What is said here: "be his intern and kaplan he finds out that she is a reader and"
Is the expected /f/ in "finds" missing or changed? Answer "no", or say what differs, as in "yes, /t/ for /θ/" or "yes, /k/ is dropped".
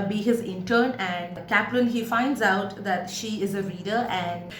no